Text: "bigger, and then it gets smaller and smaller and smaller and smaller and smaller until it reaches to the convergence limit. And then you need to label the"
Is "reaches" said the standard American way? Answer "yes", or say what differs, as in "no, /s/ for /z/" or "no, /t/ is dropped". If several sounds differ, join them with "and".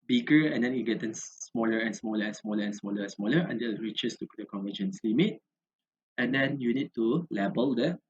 no, /s/ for /z/